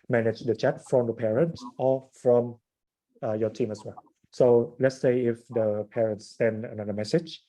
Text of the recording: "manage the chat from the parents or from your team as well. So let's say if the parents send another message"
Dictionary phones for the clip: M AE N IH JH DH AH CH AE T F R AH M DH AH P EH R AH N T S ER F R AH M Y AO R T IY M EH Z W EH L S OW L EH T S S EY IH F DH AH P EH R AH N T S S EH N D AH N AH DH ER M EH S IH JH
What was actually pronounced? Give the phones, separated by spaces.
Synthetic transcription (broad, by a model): M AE N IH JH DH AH CH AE T F R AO M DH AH P EH R AH N T S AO F R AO M Y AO T IY M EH S W EH L S OW L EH T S S EY IH F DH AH P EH R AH N T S S EH N D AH N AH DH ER M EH S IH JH